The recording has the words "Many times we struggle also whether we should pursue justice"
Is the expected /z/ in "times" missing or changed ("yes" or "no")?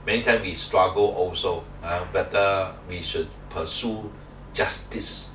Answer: yes